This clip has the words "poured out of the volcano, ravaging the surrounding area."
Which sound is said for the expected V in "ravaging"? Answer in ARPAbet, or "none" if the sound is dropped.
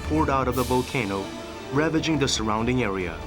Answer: V